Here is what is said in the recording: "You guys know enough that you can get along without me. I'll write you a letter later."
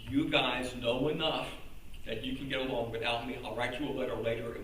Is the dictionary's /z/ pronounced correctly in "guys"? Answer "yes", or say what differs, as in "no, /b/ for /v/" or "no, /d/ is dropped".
yes